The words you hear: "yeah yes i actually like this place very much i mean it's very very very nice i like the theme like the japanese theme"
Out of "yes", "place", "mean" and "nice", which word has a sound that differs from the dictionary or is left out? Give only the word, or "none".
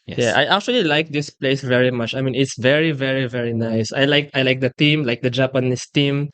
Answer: yes